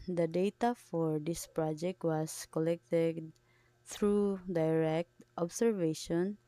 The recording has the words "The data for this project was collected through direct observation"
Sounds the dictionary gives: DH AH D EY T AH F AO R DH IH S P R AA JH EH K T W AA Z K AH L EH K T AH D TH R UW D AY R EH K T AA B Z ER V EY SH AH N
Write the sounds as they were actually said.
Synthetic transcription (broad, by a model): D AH D EY T AH F AO R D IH S P R AA JH EH K T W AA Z K AH L EH K T AH D T R UW D AY R EH K T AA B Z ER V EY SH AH N